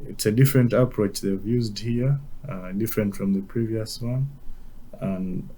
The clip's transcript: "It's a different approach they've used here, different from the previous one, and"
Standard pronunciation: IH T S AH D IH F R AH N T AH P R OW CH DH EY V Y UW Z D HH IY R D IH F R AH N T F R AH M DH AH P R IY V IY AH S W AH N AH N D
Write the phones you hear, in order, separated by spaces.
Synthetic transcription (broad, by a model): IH T S AH D IH F R AH N T AH P R OW CH DH EY V Y UW Z D HH IY R D IH F R AH N T F R AH M DH AH P R IY V IY AH S W AH N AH N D